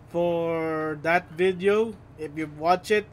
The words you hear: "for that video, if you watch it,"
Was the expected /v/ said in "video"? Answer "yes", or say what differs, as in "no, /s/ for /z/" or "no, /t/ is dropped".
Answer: yes